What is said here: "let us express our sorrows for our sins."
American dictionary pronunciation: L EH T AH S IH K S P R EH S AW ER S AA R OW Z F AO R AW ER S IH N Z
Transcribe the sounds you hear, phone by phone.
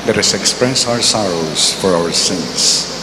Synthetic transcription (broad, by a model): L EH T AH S IH K S P R EH S AW ER S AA R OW S F AO R AW ER S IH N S